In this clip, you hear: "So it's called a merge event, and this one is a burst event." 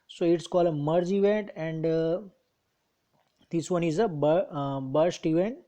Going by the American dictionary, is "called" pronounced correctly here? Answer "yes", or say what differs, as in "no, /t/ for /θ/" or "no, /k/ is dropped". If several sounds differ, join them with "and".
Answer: yes